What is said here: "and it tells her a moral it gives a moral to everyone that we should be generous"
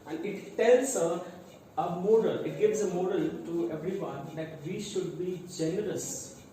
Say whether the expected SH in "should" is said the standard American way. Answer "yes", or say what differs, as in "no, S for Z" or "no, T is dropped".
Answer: yes